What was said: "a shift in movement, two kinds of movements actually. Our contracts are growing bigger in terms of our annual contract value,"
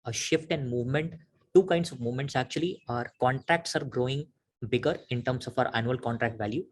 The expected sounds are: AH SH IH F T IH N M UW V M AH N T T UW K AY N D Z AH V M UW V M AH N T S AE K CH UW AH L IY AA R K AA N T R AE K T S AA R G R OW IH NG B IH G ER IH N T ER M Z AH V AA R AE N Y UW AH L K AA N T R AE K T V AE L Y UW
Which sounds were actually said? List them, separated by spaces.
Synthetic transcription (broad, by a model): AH SH IH F T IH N M UW V M AH N T T UW K AY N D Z AH V M UW V M AH N T S AE K CH UW AH L IY AA R K AA N T R AE K T S AA R G R OW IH NG B IH G ER IH N T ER M S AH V AA R AE N Y UW AH L K AA N T R AE K T V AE L Y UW